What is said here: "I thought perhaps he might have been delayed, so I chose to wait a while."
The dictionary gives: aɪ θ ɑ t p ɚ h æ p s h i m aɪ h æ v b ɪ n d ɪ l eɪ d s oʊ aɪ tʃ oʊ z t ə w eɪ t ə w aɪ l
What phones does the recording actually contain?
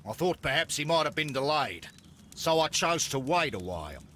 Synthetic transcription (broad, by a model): aɪ θ ɑ t p ɚ h æ p s h i m aɪ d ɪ v b ɪ n d ɪ l eɪ d s oʊ aɪ tʃ oʊ z t ə w eɪ t ə w aɪ l